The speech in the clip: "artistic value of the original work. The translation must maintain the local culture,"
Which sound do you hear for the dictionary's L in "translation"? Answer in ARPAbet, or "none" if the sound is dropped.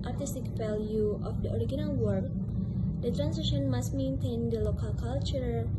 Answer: none